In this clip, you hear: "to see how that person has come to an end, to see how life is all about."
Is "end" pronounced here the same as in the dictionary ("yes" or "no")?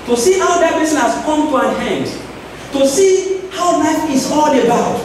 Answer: yes